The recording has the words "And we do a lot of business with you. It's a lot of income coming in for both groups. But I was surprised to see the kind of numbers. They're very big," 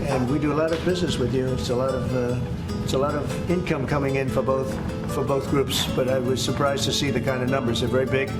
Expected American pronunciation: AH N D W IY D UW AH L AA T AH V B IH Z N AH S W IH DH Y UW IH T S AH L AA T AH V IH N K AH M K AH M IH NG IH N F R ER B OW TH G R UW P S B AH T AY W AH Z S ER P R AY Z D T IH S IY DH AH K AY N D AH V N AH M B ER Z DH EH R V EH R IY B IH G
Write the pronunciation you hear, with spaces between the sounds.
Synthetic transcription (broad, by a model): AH N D W IY D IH AH L AA T AH V B IH Z N AH S W IH DH Y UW IH T S AH L AA T AH V IH N K AH M K AH M IH NG IH N F R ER B OW TH G R UW P S B AH T AY W AH Z S ER P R AY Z T IH S IY DH AH K AY N D AH V N AH M B ER Z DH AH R V EH R IY B IH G